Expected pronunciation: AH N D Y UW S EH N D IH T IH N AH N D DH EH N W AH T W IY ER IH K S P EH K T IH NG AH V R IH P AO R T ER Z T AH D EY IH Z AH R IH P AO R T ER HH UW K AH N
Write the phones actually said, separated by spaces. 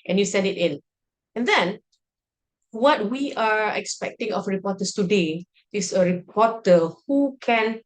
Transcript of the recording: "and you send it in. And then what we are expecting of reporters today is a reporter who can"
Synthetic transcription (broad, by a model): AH N Y UW S EH N D IH T IH N AH N D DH EH N W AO T W IY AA IH K S P EH K T IH NG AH F R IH P AO T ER S T AH D EY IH S AH R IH P AO T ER HH UW K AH N